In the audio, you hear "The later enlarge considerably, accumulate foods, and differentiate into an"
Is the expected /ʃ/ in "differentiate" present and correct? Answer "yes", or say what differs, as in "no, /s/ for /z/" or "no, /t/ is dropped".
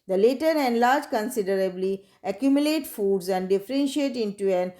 yes